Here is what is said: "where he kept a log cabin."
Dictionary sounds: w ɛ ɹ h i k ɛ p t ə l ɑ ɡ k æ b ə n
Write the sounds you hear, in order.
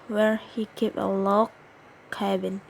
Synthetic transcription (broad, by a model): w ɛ ɹ h i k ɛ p ə l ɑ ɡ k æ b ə n